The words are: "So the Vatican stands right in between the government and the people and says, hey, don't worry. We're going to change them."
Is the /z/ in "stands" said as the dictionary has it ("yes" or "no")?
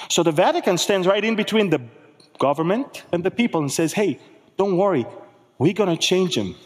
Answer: yes